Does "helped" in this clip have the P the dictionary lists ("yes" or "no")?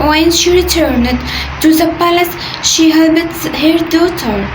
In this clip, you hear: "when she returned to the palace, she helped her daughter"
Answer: no